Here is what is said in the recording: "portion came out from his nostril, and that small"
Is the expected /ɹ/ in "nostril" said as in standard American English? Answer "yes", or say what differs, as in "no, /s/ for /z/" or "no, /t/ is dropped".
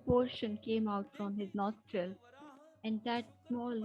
yes